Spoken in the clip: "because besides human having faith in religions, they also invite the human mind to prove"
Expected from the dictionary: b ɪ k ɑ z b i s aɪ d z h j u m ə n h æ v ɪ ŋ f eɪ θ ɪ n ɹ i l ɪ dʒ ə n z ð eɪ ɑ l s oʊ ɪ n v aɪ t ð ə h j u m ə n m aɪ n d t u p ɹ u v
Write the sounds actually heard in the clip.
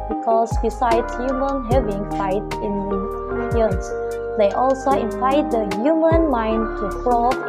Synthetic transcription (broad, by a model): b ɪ k ɑ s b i s aɪ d s h j u m ə n h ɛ v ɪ ŋ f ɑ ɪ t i n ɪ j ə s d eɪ ɑ l s oʊ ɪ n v aɪ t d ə h j u m ə n m aɪ n d t u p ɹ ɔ